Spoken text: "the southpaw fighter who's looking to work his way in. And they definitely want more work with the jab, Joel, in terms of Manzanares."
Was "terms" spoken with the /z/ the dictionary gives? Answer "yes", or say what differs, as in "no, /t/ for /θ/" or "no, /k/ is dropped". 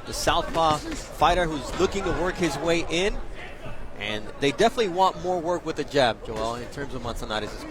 yes